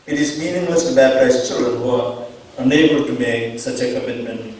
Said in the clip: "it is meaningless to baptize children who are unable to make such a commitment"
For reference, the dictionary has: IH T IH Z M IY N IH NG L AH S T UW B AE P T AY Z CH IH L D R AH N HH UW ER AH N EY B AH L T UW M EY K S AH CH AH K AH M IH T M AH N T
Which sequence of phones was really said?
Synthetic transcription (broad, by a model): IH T IH Z M IY N IH NG L AH S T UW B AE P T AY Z CH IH L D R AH N HH UW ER AH N EY B AH L T UW M EY K S AH CH AH K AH M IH T M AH N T